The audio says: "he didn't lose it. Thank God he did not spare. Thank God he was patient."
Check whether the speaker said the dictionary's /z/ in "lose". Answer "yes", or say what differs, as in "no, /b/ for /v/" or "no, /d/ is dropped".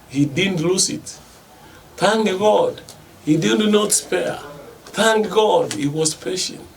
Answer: no, /s/ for /z/